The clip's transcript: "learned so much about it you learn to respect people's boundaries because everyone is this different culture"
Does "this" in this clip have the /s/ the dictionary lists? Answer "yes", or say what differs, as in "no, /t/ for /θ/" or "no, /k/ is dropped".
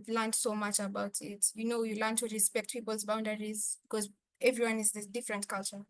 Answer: no, /s/ is dropped